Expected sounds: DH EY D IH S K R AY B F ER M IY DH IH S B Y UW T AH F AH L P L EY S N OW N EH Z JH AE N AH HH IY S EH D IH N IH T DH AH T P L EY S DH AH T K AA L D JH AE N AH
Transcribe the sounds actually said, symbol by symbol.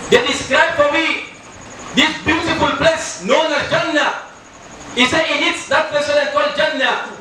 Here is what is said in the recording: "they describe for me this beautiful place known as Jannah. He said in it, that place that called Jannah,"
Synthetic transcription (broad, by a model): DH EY D IH S K R AY B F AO M IY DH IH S B Y UW T AH F AH L P L EY S N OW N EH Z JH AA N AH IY S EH IH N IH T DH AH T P EY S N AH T K AA L D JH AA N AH